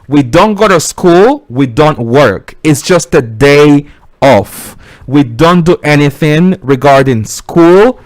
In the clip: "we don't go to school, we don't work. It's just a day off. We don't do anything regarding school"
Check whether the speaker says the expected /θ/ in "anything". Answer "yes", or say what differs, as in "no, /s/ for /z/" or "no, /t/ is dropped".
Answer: yes